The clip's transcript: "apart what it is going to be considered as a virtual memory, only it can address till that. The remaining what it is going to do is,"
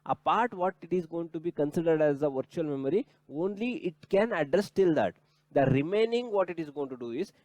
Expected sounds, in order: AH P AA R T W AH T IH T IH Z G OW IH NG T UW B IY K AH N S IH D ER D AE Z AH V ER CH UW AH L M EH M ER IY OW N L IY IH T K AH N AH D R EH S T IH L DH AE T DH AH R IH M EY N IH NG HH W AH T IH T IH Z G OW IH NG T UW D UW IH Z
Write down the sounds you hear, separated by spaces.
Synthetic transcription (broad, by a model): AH P AA R T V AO T IH T IH Z G OW IH NG T UW B IY K AH N S IH D ER D AE Z AH V ER CH UW AH L M EH M ER IY OW N L IY IH T K AH N AH D R EH S T IH L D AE T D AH R IH M EY N IH NG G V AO T IH T IH Z G OW IH NG T UW D UW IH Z